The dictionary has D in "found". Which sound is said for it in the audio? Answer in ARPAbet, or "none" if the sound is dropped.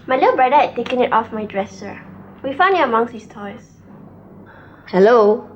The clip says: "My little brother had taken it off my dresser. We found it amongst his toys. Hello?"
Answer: none